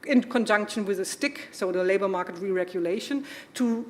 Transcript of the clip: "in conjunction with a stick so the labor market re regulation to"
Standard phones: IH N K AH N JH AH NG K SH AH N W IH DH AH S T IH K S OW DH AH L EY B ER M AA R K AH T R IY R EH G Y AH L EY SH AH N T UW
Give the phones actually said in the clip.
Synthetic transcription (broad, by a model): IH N K AH N JH AH NG K SH AH N W IH DH AH S T IH K S OW DH AH L EY B ER M AA R K AH T R IY R EH G Y AH L EY SH AH N T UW